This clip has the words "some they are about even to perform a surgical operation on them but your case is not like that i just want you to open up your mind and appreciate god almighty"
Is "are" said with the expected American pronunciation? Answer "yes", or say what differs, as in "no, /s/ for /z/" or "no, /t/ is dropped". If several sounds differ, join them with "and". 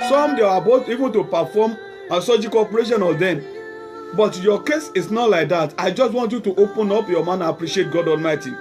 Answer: no, /w/ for /ɹ/